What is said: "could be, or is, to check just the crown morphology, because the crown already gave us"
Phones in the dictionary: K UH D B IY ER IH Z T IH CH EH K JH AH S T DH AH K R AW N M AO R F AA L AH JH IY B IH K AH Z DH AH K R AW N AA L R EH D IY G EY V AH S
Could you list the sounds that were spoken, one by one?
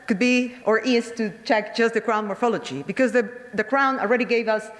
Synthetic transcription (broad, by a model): K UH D B IY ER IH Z T IH CH EH K JH AH S T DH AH K R AW N M AO R F AA L AH JH IY B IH K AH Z DH AH K R AW N AA L R EH D IY G EY V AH S